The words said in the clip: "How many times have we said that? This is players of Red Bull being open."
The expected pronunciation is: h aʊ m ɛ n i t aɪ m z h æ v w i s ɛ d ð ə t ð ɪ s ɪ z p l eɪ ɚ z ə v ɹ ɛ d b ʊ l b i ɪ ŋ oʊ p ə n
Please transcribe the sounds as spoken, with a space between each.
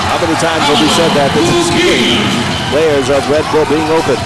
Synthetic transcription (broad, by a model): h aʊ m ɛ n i t aɪ m z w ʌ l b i s ɛ d ð ə t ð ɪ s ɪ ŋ p l eɪ ɚ z ə v ɹ ɛ d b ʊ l b i ɪ ŋ oʊ p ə n